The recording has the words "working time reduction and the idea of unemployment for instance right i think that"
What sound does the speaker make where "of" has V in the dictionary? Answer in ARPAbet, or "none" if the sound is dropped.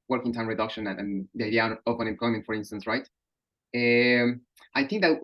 P